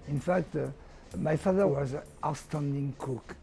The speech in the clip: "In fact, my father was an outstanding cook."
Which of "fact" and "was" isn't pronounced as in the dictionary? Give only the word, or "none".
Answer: none